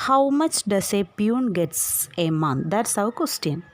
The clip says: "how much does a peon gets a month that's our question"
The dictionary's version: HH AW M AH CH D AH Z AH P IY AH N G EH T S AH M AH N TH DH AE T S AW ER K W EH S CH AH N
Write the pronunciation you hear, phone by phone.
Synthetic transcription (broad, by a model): HH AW M AH CH D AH S AH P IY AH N G EH T S AH M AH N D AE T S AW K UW S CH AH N